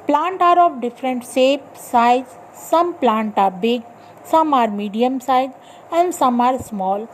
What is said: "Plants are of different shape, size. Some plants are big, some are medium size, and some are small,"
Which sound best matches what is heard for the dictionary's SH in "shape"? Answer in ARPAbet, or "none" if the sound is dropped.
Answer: S